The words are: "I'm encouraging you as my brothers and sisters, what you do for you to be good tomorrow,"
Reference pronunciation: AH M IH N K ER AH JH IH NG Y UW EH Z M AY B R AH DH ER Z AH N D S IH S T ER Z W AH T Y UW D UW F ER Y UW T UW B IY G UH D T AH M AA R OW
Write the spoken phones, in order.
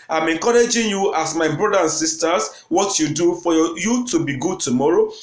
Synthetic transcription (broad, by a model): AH M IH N K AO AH JH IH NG Y UW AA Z M AY B R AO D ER AH N S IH S T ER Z W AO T Y UW D UW F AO Y UW T UW B IY G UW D T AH M AA R OW